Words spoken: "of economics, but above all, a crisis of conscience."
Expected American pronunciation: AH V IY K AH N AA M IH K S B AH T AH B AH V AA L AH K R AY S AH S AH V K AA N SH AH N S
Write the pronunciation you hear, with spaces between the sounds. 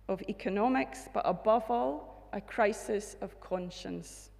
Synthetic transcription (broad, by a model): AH V IY K AH N AA M IH K S B AH T AH B AH V AA L AH K R AY S AH S AH V K AA N SH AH N S